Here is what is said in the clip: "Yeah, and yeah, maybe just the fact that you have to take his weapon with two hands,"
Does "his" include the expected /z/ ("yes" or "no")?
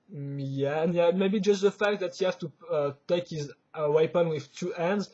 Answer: yes